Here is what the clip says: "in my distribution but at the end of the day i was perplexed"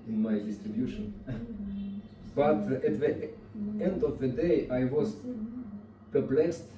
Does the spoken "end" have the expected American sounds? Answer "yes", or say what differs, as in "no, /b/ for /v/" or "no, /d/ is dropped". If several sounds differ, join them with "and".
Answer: yes